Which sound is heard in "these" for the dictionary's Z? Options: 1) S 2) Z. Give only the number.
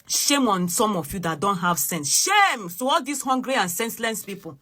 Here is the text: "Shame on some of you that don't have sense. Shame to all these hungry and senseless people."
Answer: 1